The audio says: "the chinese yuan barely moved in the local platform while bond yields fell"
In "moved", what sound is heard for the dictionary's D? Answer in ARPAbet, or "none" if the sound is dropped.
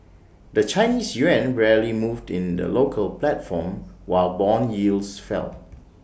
D